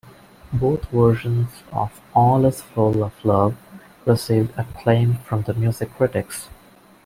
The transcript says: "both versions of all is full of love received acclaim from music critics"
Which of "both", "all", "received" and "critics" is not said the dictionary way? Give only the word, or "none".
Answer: both